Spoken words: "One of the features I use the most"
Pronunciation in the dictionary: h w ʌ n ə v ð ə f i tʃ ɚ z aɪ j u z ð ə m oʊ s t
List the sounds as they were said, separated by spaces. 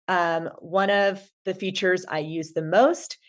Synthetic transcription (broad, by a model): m w ʌ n ə v ð ə f i tʃ ɚ z aɪ j u z ð ə m oʊ s t